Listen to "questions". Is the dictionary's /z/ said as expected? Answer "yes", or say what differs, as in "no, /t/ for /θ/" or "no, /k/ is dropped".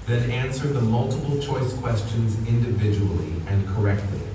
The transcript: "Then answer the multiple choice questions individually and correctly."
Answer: yes